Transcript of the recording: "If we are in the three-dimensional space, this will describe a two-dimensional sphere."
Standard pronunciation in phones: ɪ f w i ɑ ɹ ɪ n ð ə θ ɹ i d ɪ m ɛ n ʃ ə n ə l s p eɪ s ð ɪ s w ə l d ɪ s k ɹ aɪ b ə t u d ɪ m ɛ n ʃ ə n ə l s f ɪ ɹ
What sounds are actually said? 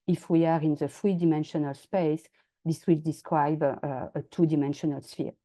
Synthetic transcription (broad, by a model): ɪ f w i ɑ ɹ ɪ n ð ə f ɹ i d ɪ m ɛ n ʃ ə n ə l s p eɪ s ð ɪ s w ə l d ɪ s k ɹ aɪ b ə t u d ɪ m ɛ n ʃ ə n ə l s f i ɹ